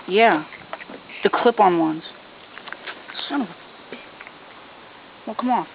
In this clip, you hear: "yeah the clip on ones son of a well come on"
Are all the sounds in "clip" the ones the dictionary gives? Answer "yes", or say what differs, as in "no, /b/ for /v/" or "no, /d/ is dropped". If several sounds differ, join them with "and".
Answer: yes